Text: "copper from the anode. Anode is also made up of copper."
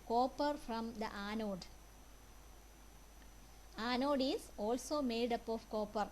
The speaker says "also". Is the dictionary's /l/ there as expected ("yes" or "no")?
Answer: yes